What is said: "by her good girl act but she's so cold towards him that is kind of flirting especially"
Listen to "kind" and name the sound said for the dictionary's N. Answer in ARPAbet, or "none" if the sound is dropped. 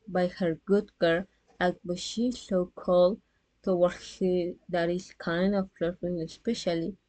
N